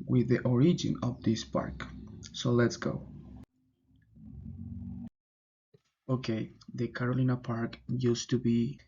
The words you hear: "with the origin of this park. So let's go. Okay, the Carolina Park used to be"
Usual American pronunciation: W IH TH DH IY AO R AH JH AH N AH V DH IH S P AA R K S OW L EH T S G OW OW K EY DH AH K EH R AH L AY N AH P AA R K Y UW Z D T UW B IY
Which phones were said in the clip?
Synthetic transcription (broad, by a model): W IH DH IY AO R AH JH AH N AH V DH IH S P AA R K S OW L EH T S G OW OW K EY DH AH K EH R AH L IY N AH P AA R K Y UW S T UW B IY